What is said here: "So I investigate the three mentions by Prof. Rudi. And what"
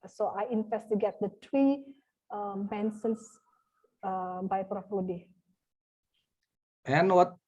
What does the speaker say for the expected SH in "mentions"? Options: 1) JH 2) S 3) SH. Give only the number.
2